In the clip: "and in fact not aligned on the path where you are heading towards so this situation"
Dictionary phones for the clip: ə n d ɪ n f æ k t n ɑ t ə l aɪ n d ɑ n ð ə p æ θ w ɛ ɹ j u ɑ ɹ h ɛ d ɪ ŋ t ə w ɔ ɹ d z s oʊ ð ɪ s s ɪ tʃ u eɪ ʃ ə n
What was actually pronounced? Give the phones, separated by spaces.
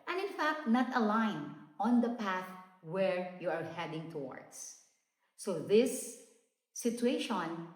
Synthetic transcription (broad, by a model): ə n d ɪ n f æ k t n ɑ t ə l aɪ n ɑ n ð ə p æ θ w ɛ ɹ j u ɑ ɹ h ɛ d ɪ ŋ t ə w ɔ ɹ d s oʊ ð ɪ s s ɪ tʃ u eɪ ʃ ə n